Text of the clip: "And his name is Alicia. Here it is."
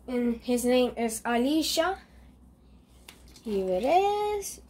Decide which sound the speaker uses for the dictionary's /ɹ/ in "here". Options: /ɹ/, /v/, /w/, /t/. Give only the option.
/w/